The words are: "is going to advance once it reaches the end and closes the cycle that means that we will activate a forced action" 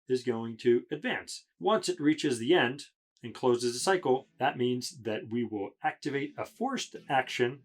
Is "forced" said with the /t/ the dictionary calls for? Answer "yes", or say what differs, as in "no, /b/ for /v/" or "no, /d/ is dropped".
yes